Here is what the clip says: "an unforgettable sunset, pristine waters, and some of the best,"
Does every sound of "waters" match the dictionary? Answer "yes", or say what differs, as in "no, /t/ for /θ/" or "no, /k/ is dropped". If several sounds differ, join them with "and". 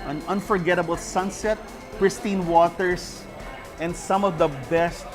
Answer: no, /s/ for /z/